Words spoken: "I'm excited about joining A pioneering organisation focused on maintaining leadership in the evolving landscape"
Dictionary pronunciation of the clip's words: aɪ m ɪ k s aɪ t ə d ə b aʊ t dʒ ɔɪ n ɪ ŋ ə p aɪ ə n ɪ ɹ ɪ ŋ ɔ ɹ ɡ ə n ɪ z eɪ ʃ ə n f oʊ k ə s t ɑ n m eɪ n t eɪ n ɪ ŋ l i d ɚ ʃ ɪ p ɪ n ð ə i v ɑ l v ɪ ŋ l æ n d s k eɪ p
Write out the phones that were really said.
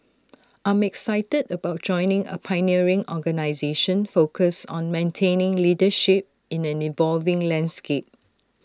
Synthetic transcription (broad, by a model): aɪ m ɪ k s aɪ t ə d ə b aʊ t dʒ ɔɪ n ɪ ŋ ə p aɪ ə n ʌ ɹ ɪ ŋ ɔ ɡ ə n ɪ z eɪ ʃ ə n f oʊ k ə s ɑ n m eɪ n t eɪ n ɪ ŋ l i d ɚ ʃ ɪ p ɪ n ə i v ɑ l v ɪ ŋ l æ n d s k eɪ p